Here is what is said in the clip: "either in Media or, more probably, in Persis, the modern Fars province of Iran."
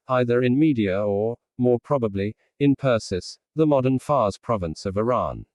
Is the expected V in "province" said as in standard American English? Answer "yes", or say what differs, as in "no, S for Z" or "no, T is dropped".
yes